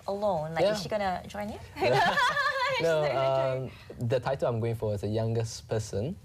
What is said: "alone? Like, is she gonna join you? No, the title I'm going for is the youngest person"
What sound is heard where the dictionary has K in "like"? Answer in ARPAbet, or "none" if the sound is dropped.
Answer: none